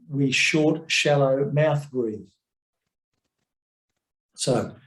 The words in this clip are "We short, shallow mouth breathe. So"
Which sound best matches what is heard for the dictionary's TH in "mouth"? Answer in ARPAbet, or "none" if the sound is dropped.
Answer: TH